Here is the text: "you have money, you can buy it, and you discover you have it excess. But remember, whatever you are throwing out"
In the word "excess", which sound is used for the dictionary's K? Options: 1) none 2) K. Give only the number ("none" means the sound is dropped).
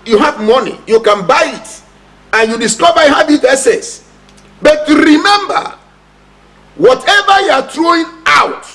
1